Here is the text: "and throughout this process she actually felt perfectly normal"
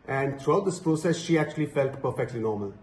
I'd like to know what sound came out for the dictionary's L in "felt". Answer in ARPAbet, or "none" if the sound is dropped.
L